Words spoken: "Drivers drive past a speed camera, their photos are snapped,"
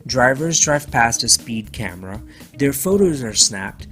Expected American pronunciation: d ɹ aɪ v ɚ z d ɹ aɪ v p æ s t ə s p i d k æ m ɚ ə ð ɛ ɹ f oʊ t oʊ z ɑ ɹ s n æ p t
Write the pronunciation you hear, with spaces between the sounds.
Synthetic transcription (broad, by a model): d ɹ aɪ v ɚ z d ɹ aɪ v p æ s t ə s p i d k æ m ɚ ə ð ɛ ɹ f oʊ t oʊ z ɑ ɹ s n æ p t